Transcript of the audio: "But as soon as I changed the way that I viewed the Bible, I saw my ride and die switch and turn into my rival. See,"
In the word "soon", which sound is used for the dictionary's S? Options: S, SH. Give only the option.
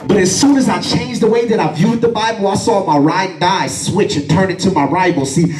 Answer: S